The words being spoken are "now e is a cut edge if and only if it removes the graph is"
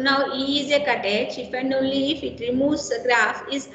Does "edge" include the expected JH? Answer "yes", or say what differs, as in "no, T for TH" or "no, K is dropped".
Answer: no, CH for JH